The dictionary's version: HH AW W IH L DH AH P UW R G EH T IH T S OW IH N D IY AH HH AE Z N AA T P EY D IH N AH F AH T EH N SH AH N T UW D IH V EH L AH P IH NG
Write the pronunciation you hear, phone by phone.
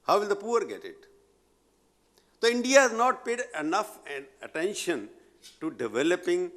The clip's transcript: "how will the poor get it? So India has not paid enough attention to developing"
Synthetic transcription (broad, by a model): HH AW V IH L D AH P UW R G EH T IH T S OW IH N D IY AH HH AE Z N AA T P EY D IH N AH F AH T EH N SH AH N T UW D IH V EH L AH P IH NG